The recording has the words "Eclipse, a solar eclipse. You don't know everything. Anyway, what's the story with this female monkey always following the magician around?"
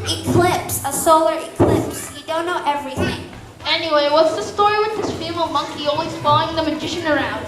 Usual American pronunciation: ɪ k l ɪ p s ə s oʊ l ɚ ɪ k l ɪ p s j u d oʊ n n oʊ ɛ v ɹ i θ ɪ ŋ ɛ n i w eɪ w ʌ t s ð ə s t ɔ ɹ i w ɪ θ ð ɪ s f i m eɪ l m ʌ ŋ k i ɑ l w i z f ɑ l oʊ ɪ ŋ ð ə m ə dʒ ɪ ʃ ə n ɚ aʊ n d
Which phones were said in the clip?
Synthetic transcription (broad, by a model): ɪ k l ɪ p s ə s oʊ l ɚ ɪ k l ɪ p s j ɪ d oʊ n n oʊ ɛ v ɹ i θ ɪ ŋ ɛ n i w eɪ w ʌ t s ð ə s t ɔ ɹ i w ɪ ð ɪ s f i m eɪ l m ʌ ŋ k i ɑ l w i z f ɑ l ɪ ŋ ð ə m ə dʒ ɪ ʃ ə n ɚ aʊ n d